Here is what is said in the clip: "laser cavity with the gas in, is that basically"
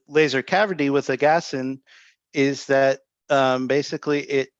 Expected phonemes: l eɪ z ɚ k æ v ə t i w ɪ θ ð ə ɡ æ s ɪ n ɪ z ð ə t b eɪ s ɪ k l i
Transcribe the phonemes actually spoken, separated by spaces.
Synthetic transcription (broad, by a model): l eɪ z ɚ k æ v ə t i w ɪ ð ə ɡ æ s ɪ n ɪ z ð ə t b eɪ s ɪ k l i